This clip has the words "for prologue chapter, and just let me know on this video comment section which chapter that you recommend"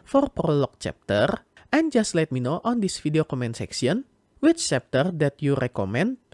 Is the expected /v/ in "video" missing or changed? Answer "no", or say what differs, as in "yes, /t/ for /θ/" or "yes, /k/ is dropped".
yes, /f/ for /v/